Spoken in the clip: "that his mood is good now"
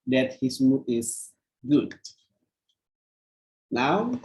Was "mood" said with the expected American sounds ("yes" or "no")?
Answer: no